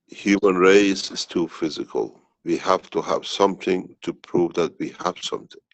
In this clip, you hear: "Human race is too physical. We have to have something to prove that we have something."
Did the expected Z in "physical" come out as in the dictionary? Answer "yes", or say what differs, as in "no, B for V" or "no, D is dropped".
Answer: yes